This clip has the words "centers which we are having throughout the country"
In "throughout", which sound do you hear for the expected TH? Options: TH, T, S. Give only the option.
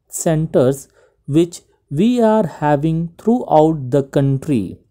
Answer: T